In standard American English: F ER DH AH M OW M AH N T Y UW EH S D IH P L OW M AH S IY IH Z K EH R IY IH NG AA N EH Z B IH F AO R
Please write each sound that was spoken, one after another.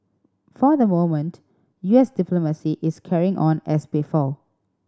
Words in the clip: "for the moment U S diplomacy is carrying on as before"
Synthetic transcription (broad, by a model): F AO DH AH M OW M AH N T Y UW EH S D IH P L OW M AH S IY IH S K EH R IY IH NG AA N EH S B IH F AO L